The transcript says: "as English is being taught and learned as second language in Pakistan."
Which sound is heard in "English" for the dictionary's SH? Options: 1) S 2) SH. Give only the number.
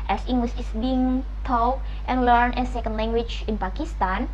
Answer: 1